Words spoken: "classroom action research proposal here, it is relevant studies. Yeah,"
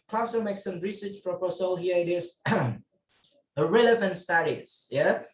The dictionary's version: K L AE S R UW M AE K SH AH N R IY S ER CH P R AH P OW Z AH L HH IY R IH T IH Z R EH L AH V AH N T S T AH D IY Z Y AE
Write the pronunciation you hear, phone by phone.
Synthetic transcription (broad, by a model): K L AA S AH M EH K S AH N R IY S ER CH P R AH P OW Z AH L HH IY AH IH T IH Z R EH L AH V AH N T S T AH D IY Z Y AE